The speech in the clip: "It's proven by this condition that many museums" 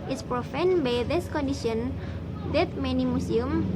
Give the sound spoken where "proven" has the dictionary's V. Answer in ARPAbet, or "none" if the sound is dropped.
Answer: F